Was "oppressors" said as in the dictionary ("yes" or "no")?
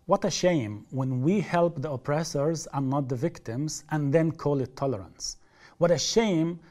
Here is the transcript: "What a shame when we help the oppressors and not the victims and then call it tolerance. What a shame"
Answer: yes